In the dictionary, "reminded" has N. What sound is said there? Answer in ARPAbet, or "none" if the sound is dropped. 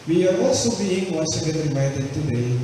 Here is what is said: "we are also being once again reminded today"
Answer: none